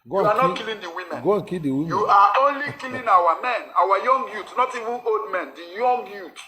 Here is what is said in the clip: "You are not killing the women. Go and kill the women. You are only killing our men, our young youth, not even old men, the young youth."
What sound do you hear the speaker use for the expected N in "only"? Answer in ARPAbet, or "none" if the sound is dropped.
N